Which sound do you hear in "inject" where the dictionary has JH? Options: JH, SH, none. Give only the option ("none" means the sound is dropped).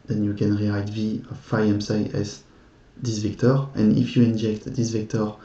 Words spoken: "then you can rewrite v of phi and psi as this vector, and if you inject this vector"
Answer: JH